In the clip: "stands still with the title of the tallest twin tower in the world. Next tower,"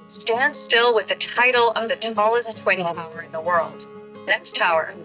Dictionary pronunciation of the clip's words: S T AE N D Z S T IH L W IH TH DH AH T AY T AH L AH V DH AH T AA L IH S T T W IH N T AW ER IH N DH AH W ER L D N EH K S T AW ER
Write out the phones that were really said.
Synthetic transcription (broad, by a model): S T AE N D S T IH L W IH DH AH T AY T L AH V DH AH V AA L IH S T T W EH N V AW ER IH N DH AH W ER L D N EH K S T AW ER